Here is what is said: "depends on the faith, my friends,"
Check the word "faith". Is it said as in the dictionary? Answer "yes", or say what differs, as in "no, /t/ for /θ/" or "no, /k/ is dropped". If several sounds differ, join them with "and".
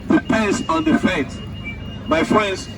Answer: no, /t/ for /θ/